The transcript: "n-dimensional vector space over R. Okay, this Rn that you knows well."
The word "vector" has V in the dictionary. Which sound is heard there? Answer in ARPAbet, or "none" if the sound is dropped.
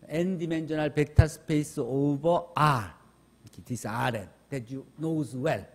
P